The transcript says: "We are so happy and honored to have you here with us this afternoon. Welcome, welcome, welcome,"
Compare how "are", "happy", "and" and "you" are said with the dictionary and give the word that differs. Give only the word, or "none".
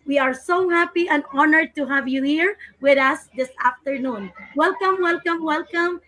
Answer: none